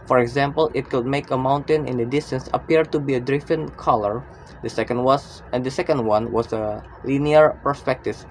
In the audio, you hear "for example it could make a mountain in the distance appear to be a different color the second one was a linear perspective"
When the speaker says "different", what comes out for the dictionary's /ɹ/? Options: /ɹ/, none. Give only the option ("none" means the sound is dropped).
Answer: none